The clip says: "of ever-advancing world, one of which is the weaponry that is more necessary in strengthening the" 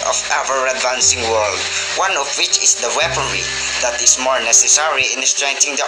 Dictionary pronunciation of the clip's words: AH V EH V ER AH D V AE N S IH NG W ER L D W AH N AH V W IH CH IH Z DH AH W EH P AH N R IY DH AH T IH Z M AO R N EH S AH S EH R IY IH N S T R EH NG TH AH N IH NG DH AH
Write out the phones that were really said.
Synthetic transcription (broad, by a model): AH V EH V ER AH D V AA N S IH NG W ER L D W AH N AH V W IH CH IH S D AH W EH P AH N R IY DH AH T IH S M AO R N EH S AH S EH R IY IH N S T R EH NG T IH NG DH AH